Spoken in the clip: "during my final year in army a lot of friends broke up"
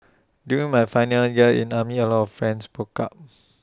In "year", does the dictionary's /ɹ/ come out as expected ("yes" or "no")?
no